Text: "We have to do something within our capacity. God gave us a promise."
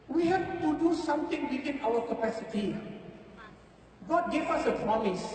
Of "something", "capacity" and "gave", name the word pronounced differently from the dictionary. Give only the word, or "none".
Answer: something